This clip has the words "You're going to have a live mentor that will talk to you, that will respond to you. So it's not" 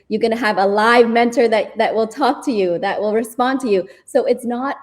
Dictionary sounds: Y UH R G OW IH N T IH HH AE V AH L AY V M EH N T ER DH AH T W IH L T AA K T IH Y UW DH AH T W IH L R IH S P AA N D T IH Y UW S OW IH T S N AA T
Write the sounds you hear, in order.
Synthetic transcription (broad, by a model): Y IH R G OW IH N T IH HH V AH L AY V M EH N T ER DH AH T W IH L T AA K T IH Y UW DH AH T W IH L R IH S P AA N T IH Y UW S OW IH T S N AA T